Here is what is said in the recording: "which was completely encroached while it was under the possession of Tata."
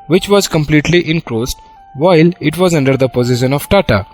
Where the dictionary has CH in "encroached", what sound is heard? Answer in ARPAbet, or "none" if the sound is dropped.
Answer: S